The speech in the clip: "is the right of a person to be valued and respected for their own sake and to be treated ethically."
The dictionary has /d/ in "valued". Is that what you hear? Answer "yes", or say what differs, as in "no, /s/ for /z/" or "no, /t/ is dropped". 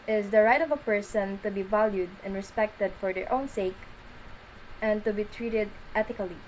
yes